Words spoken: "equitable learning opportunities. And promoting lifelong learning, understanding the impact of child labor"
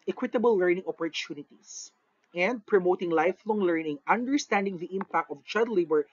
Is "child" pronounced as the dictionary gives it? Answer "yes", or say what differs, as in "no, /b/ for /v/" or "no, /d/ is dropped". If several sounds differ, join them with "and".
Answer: no, /l/ is dropped